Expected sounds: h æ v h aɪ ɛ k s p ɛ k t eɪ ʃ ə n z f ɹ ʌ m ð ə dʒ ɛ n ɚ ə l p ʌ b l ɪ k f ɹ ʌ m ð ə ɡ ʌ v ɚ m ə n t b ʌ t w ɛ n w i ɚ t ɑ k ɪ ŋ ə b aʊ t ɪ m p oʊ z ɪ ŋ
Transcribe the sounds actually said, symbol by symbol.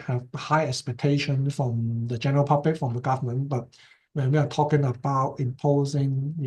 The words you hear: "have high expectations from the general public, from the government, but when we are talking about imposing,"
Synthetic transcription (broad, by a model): h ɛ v h aɪ ɛ k s p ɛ k t eɪ ʃ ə n f ɹ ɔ m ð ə dʒ ɛ n ɚ ə l p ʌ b l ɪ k f ɹ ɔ m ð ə ɡ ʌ v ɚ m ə n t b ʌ t w ɛ n w i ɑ t ɑ k ɪ ŋ ə b aʊ t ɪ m p oʊ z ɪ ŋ